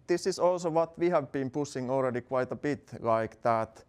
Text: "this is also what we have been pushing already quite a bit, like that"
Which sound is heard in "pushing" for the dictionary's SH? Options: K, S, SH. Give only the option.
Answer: S